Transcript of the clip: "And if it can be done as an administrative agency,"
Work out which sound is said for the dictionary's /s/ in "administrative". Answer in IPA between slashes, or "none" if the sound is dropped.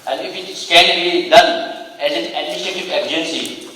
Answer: none